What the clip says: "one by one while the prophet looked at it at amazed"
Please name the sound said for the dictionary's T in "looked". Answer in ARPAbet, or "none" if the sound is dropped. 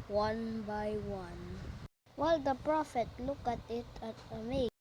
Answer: none